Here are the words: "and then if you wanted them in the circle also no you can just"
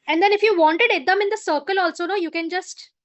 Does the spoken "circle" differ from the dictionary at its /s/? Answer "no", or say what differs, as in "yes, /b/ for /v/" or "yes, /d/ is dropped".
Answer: no